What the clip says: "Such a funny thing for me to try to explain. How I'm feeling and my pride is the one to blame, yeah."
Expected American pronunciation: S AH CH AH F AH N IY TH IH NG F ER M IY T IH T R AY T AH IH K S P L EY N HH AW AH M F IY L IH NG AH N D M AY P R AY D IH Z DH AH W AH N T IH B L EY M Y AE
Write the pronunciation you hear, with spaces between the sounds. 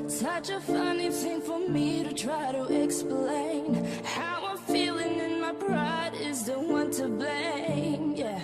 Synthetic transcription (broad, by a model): S AH CH AH F AH N IY TH IH NG F ER M IY T IH T R AY T AH IH K S P L EY N HH AW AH F IY L IH NG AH N M AY B R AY D IH Z DH AH W AH N T IH B L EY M Y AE